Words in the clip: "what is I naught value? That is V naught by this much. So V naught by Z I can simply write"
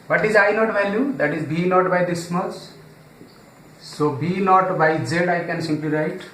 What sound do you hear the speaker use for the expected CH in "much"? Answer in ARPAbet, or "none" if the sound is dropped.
S